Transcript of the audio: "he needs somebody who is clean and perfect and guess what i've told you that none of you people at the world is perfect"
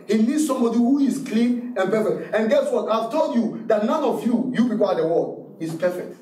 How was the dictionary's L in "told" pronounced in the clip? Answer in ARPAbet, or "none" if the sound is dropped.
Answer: L